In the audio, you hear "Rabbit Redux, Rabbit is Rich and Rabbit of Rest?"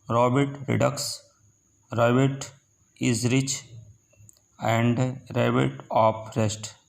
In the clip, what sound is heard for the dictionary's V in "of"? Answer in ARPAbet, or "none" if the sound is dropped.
P